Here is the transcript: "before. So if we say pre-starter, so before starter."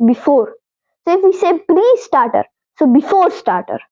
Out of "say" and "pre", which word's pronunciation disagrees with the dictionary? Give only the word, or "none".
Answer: pre